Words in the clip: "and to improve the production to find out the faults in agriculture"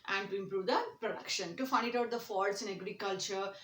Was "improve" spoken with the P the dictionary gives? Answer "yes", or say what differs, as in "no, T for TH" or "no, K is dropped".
yes